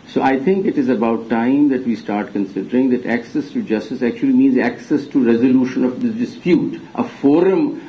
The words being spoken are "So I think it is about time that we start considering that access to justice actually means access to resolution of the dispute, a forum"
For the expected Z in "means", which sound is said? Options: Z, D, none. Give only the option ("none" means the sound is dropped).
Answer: Z